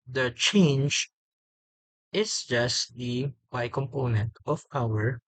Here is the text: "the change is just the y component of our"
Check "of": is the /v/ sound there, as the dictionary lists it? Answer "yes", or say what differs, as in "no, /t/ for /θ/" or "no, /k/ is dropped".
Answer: no, /p/ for /v/